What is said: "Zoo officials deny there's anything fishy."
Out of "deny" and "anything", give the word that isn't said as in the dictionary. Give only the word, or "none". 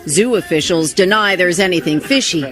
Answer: none